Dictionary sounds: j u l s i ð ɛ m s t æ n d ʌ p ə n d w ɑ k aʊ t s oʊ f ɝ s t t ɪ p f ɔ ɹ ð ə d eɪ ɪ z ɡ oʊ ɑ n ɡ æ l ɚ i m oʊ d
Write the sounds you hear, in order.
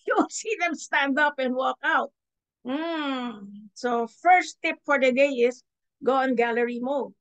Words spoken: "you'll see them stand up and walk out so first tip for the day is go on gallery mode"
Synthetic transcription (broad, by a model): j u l s i ð ɛ m s t æ n d ʌ p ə n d w ɑ k aʊ t s oʊ f ɝ s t t ɪ p f ɔ ɹ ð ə d eɪ ɪ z ɡ oʊ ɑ n ɡ æ l ɚ i m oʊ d